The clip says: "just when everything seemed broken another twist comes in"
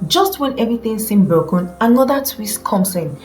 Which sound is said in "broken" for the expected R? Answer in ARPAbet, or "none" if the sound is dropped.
none